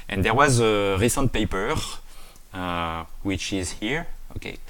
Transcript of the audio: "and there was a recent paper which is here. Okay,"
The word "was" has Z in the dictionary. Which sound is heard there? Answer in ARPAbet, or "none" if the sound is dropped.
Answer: Z